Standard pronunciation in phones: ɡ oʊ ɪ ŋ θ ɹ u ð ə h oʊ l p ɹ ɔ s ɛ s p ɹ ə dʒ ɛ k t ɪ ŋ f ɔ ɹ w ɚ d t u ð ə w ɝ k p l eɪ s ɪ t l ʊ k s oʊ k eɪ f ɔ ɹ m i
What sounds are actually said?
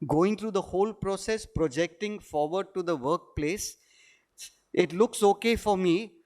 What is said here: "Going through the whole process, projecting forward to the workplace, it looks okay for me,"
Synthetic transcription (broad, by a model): ɡ oʊ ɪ ŋ t ɹ u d ə h oʊ l p ɹ ɔ s ɛ s p ɹ ə dʒ ɛ k t ɪ ŋ f ɔ ɹ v ɚ d t u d ə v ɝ k p l eɪ s ɪ t l ʊ k s oʊ k eɪ f ɔ ɹ m i